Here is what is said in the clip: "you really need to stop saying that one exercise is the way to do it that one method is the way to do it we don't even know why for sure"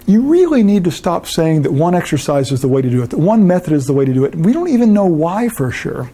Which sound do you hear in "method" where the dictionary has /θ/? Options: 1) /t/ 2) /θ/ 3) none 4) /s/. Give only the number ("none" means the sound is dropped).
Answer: 2